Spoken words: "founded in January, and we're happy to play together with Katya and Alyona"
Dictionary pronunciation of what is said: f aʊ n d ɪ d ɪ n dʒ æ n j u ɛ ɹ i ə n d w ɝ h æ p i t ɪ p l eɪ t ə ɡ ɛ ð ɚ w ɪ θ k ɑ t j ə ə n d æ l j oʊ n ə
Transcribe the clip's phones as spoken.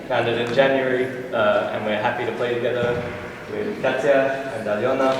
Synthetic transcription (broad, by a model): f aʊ n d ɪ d ɪ n dʒ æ n j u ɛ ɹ i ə n w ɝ h æ p i t ɪ p l eɪ t ə ɡ ɛ ð ɚ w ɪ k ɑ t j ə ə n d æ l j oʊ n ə